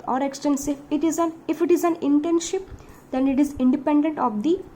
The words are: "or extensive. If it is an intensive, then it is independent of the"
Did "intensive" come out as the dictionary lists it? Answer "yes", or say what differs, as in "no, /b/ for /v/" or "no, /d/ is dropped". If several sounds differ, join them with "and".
no, /ʃ/ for /s/